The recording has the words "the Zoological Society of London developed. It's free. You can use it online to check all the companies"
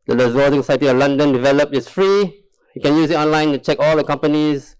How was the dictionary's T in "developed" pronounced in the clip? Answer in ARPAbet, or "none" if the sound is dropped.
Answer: none